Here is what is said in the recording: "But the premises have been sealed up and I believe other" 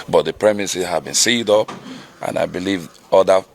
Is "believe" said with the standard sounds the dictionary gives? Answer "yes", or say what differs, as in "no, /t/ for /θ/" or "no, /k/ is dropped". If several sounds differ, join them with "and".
yes